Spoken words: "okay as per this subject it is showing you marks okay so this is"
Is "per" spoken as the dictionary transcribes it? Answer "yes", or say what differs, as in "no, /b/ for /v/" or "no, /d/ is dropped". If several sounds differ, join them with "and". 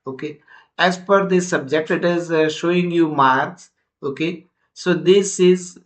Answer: no, /f/ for /p/